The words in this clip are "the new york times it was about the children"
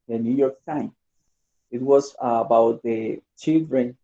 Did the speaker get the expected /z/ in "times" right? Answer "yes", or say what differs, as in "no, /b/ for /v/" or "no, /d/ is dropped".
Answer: no, /z/ is dropped